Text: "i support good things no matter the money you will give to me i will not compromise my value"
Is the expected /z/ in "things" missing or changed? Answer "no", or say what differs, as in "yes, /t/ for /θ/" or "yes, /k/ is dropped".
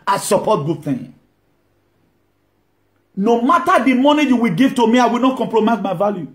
yes, /z/ is dropped